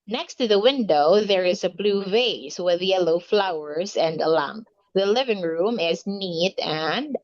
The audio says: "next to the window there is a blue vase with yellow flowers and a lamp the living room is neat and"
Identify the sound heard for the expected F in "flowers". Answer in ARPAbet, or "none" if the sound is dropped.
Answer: F